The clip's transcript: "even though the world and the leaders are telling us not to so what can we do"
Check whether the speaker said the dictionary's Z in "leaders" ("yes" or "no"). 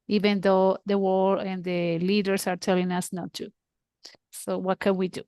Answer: no